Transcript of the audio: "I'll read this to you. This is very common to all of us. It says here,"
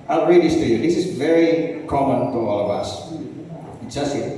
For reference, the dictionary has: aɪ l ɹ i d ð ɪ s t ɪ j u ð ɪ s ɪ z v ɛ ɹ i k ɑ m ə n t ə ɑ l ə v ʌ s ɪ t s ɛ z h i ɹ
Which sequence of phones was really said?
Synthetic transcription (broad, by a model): aɪ l ɹ i d ð ɪ s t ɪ j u ð ɪ s ɪ z v ɛ ɹ i k ɑ m ə n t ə ɑ l ə v ʌ s ɪ t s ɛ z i